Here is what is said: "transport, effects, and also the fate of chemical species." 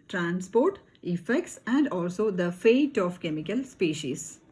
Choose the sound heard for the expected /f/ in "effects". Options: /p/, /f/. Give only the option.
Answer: /f/